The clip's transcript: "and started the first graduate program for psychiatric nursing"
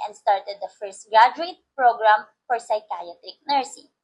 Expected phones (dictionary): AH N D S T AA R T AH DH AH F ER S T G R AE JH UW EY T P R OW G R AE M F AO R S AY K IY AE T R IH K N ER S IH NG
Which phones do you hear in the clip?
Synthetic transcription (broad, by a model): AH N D S T AA R T AH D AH F ER S T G R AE JH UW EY T P R OW G R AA M F AO R S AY K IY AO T IH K N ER S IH